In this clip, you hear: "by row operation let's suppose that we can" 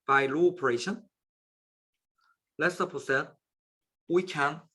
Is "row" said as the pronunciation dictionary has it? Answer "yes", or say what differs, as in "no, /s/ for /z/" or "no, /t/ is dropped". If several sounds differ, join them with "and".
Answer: no, /l/ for /ɹ/